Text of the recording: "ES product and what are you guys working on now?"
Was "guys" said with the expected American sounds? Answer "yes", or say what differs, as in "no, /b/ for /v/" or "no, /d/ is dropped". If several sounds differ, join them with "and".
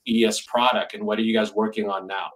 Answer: yes